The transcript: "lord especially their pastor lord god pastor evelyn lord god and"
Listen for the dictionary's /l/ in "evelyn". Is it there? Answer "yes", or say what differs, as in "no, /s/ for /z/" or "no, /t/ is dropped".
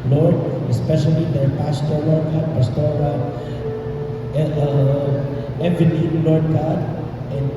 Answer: no, /n/ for /l/